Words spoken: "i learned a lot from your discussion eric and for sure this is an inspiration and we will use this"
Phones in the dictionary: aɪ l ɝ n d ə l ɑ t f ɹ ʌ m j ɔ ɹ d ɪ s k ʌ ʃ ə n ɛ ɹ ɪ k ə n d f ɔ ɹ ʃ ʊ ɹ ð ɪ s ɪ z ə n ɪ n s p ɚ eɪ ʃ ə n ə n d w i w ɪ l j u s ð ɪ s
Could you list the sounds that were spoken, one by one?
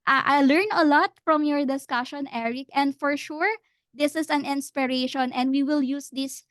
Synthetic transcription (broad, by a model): aɪ l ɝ n ə l ɑ t f ɹ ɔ m j ɔ ɹ d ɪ s k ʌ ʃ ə n ɛ ɹ ɪ k ə n d f ɔ ɹ ʃ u ɹ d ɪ s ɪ s ə n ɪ n s p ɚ eɪ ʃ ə n ə n d w i w ɪ l j u s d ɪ s